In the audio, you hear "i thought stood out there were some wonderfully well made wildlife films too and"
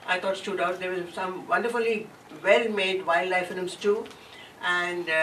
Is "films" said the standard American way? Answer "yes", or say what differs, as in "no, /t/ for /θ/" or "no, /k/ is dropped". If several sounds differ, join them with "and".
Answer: no, /l/ is dropped